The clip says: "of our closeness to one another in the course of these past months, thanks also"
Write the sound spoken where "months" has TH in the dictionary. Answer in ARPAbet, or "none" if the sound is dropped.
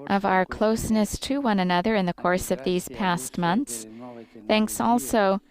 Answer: TH